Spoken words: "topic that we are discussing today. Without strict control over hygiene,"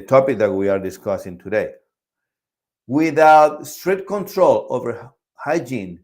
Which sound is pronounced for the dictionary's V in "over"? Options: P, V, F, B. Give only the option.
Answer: V